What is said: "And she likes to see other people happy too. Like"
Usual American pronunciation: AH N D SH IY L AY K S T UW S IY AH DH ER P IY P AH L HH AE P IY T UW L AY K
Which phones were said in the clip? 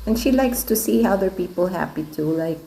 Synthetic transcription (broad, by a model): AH N SH IY L AY K S T UW S IY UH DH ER P IY P AH L HH AE P IY T UW L AY K